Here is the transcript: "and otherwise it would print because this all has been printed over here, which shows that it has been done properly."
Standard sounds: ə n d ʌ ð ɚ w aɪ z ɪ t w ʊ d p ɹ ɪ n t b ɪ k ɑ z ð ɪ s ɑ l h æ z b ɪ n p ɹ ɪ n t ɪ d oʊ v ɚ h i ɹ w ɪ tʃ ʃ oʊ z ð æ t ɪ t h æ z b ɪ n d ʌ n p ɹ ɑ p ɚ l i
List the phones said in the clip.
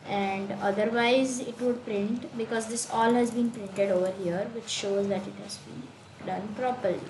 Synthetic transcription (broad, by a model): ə n d ʌ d ɚ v aɪ z ɪ t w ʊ d p ɹ ɪ n t b ɪ k ɑ z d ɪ s ɑ l h æ z b ɪ n p ɹ ɪ n t ɪ d oʊ v ɚ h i ɹ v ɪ tʃ ʃ oʊ z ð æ t ɪ t h æ z b ɪ n d ʌ n p ɹ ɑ p ɚ l i